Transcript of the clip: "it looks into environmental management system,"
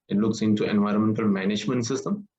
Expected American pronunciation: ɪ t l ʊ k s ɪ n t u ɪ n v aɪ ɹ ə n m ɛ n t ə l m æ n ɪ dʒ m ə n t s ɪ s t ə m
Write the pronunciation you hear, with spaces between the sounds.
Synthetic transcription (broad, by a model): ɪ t l ʊ k s ɪ n t u ɪ n v aɪ ɹ ə n m ɛ n t ə l m æ n ɪ dʒ m ə n t s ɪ s t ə m